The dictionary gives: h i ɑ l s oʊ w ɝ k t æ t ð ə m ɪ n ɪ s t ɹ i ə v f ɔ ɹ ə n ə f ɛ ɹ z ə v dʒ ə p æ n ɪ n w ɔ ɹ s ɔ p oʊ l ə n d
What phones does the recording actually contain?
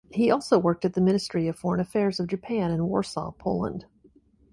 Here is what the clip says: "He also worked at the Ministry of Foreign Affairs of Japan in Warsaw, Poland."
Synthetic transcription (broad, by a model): h i ɑ l s oʊ w ɝ k t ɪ t ð ə m ɪ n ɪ s t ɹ i ə v f ɔ ɹ ə n ə f ɛ ɹ z ə v dʒ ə p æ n ɪ n w ɔ ɹ s ɔ p oʊ l ə n d